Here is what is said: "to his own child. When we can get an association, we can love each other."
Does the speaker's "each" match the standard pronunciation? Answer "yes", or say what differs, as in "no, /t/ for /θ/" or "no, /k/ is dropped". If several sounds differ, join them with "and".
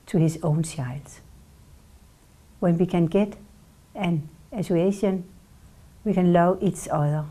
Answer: no, /s/ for /tʃ/